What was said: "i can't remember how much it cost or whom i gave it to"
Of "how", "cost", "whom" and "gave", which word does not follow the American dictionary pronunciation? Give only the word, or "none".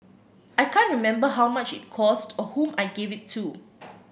none